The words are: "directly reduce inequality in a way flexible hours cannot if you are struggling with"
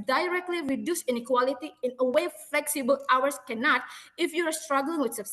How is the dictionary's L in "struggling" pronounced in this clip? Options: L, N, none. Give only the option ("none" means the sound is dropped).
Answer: L